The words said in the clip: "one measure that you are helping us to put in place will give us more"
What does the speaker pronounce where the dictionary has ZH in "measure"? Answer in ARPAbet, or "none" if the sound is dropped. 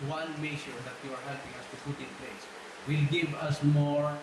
SH